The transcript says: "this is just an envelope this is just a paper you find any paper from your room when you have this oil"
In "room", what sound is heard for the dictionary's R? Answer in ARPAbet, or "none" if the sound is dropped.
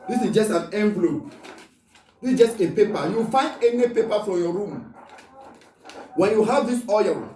R